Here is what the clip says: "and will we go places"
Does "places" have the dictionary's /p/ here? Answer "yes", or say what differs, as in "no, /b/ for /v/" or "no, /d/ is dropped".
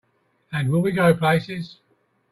yes